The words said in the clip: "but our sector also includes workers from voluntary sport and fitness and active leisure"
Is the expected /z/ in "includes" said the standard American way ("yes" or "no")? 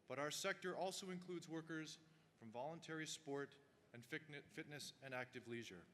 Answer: yes